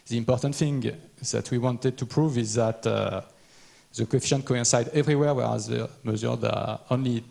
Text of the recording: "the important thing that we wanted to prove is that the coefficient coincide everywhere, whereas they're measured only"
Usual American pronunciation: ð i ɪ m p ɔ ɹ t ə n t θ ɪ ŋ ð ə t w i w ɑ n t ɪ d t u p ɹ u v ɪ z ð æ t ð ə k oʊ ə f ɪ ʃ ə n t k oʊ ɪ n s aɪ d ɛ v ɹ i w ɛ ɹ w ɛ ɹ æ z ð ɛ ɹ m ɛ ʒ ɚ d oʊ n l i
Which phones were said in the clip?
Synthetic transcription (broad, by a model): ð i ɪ m p ɔ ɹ t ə n t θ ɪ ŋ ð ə t w i w ɑ n t ɪ d t u p ɹ u v ɪ z ð æ t ð ə k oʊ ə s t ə n k oʊ ɪ n s aɪ d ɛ v ɹ i w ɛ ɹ w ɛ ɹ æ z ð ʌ m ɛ z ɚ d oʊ n l i